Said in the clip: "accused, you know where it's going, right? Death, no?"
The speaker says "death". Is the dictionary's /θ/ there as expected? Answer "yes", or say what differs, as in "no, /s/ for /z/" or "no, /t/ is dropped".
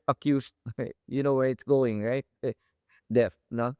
no, /f/ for /θ/